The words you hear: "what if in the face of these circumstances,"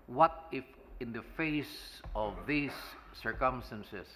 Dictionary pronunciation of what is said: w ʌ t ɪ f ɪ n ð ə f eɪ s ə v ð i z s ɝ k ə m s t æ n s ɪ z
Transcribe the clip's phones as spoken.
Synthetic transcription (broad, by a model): w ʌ t ɪ f ɪ n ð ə f eɪ s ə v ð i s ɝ k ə m s t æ n s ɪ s